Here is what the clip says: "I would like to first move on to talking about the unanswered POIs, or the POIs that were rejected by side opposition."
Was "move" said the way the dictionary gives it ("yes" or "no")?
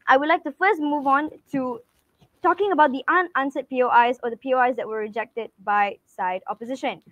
yes